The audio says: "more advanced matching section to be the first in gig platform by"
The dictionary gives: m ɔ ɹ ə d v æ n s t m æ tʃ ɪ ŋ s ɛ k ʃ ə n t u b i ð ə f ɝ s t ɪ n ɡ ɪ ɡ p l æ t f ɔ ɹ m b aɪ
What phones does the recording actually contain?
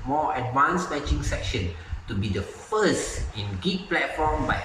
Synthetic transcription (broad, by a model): m ɔ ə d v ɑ n s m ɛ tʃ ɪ ŋ s ɛ k ʃ ə n t u b i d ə f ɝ s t ɪ n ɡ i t p l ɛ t f ɔ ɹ m b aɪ